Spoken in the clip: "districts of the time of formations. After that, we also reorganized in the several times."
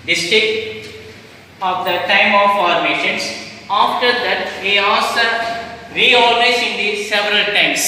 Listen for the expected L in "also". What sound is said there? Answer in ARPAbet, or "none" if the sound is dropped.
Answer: none